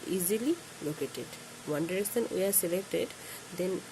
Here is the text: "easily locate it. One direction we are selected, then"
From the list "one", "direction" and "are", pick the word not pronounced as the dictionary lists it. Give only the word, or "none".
direction